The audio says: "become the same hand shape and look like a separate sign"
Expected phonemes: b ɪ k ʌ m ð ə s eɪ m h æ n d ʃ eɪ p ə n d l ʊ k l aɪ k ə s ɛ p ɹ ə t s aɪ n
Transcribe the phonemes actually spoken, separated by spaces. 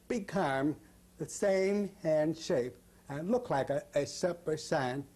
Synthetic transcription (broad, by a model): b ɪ k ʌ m ð ə s eɪ m h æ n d ʃ eɪ p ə n l ʊ k l aɪ k ə s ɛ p ə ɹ s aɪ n